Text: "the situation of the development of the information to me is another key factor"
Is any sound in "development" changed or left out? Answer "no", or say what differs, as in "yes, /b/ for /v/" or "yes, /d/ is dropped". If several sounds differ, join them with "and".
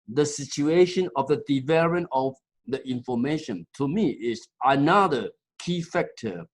yes, /t/ is dropped